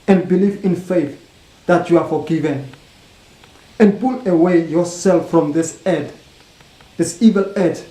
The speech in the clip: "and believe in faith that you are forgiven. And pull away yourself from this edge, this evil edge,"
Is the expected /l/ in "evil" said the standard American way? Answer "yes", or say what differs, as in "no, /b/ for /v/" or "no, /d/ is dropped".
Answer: yes